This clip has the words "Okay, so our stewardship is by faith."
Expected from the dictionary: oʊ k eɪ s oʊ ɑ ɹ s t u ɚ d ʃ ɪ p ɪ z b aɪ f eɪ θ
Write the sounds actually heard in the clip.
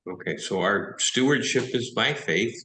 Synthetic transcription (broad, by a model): oʊ k eɪ s oʊ ɑ ɹ s t u ɚ d ʃ ɪ p ɪ z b aɪ f eɪ θ